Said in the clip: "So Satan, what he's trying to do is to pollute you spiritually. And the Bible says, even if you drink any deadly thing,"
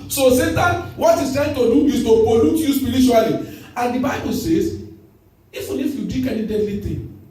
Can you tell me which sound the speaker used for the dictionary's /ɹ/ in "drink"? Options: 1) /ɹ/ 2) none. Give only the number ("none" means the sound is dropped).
2